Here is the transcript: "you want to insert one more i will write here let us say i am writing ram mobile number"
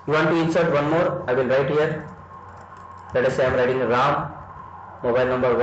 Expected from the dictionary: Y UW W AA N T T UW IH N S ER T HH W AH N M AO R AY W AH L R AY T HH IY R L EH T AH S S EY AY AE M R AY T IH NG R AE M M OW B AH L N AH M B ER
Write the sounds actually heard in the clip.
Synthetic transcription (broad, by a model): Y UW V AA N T T UW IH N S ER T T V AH N M AO R AY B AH N R AY T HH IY R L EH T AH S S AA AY M R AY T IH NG R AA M M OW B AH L N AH M B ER